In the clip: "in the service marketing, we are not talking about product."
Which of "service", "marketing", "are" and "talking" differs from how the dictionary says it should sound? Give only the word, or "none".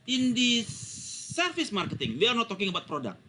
service